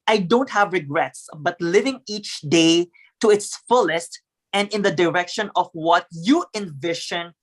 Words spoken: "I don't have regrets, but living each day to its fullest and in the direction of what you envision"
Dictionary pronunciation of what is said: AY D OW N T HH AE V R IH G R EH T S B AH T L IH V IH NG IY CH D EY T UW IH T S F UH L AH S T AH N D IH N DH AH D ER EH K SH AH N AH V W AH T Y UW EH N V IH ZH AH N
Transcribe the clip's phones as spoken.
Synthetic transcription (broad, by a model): AY D OW N T HH AE V R IH G R EH T S B AH T L IH V IH NG IY CH D EY T UW IH T S F UH L AH S T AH N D IH N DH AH D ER EH K SH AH N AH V W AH T Y UW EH N V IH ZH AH N